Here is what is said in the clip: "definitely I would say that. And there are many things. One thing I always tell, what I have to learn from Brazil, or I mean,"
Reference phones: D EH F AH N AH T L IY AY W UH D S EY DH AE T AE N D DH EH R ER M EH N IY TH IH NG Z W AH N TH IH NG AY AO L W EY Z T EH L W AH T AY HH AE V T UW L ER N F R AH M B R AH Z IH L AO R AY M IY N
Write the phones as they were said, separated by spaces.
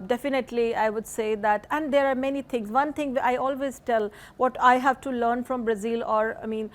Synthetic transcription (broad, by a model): D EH F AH N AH T L IY AY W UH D S EY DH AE T AE N D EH R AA M EH N IY T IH NG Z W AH N T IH NG AY AO L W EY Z T EH L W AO T AY HH AE V T UW L ER N F R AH M B R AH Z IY L AO R AY M IY N